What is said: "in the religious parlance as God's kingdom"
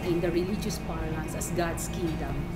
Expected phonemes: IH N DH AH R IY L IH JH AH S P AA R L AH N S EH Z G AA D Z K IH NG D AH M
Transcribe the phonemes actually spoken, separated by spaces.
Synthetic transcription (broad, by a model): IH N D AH R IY L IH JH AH S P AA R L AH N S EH S G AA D S K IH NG D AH M